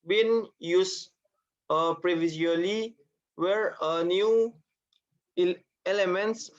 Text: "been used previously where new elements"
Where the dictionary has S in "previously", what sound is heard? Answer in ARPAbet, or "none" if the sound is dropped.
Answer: none